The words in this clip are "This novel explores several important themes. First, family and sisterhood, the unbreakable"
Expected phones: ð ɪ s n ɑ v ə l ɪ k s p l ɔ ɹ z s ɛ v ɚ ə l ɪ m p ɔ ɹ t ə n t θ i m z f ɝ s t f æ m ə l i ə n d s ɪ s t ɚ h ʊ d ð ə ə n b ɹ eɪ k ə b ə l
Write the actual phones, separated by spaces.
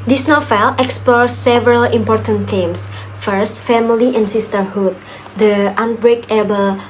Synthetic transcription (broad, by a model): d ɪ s n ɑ f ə l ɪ k s p l ɔ ɹ s ɛ v ɚ ə l ɪ m p ɔ ɹ t ə n t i m s f ɝ s t f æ m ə l i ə n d s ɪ s t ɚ h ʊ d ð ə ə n b ɹ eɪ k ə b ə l